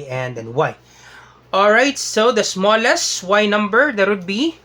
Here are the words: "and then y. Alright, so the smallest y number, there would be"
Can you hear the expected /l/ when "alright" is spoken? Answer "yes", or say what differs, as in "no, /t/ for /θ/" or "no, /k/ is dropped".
yes